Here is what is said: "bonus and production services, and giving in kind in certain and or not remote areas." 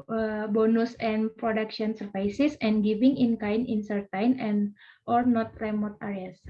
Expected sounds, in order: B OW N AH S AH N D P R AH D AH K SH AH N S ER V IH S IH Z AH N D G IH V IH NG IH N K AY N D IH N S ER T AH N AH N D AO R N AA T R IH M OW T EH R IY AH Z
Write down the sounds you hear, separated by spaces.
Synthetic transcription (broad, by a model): B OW N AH S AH N P R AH D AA K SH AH N S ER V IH S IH S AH N G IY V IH NG IH N K AY N IH N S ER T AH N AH N AO R N AA T R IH M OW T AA R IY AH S